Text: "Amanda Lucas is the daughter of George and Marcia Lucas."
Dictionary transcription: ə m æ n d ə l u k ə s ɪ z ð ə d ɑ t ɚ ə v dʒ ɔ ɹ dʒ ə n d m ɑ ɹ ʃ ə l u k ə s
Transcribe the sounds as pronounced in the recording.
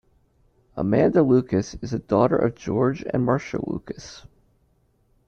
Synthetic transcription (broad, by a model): ə m æ n d ə l u k ə s ɪ z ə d ɑ t ɚ ə v dʒ ɔ ɹ dʒ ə n m ɑ ɹ ʃ ə l u k ə s